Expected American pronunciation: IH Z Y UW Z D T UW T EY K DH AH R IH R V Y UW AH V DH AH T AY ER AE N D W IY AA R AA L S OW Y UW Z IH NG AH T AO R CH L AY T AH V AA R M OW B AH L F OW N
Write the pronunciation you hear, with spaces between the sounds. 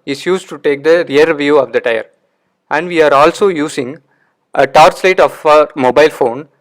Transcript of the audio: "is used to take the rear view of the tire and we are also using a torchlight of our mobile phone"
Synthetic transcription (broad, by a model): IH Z Y UW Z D T UW T EY K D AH R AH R V Y UW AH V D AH T AY ER AE N D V IY AA R AA L S OW Y UW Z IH NG AH T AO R S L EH T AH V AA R M OW B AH L F OW N